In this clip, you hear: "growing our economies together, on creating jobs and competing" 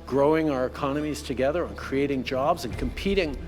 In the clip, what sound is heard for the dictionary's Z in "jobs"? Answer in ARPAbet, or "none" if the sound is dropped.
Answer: Z